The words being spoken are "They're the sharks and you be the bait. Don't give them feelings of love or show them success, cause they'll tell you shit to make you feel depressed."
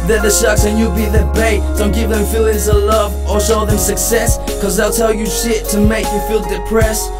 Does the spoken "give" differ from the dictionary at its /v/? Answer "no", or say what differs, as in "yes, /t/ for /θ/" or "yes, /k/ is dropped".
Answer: no